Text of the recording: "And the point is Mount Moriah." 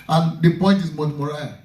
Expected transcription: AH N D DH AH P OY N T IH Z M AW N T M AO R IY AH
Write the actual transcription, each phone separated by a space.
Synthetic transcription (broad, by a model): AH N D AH P OY N T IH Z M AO T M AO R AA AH